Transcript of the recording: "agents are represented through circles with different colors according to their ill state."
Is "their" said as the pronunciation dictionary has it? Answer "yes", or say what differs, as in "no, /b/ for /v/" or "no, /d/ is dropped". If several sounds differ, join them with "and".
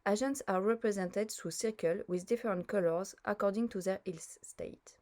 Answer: yes